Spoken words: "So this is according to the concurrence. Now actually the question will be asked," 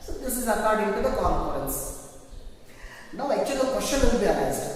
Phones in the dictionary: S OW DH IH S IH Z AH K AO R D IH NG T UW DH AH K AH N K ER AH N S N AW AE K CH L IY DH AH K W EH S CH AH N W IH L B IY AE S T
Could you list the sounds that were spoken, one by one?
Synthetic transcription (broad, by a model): S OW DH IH S IH Z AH K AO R D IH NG T UW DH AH K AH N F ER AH N S N AW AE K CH IY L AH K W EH SH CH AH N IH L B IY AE S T